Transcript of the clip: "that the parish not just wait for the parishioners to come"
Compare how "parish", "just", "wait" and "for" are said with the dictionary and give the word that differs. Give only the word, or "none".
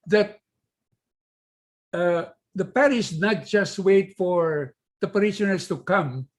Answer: parish